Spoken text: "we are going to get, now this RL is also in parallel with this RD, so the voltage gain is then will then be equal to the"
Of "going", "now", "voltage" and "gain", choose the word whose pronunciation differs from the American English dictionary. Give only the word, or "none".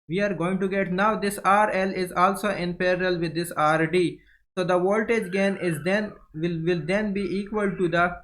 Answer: none